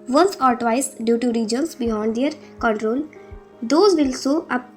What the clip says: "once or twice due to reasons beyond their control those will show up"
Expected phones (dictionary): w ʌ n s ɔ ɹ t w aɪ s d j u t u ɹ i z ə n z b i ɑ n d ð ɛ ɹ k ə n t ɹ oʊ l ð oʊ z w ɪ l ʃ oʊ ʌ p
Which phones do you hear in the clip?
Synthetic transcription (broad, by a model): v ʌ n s ɔ ɹ t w aɪ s d j u t u ɹ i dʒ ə n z b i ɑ n d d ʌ ɹ k ə n t ɹ oʊ l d oʊ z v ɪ l s oʊ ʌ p